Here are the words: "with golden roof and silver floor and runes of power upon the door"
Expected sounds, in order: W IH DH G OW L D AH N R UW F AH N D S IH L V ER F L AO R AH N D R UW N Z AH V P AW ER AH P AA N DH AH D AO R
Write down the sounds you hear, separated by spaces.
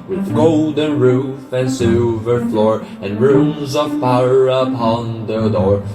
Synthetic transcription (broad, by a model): W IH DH G OW L D AH N R UW F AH N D S IH L V ER F L AO R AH N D R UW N Z AH V F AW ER AH P AA N DH AH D AO R